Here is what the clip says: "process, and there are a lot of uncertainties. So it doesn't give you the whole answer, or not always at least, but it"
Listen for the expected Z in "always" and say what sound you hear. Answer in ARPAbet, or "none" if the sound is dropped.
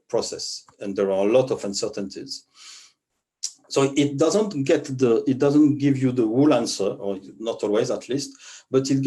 Z